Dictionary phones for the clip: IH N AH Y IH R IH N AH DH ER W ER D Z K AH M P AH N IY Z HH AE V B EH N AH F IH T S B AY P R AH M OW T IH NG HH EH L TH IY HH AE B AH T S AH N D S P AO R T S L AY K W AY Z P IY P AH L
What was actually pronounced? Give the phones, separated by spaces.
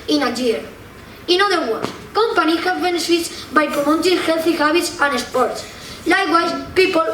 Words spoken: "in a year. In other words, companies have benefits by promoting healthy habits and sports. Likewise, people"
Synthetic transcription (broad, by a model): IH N AH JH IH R IH N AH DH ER W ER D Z K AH M P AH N IY HH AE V B EH N AH F IH T S B AY P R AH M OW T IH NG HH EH L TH IY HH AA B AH T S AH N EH S P AO R T S L AY K W AY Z P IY P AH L